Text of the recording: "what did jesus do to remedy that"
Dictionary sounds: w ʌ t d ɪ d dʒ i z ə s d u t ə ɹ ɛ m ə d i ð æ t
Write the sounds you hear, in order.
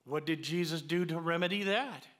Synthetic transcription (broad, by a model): w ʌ t d ɪ d dʒ i z ə s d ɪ t ə ɹ ɛ m ə d i ð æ t